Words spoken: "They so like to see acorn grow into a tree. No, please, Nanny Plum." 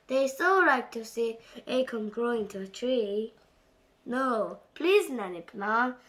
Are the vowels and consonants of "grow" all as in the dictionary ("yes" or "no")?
yes